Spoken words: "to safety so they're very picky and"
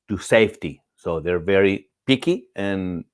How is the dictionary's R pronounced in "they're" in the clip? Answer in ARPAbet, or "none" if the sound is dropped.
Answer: R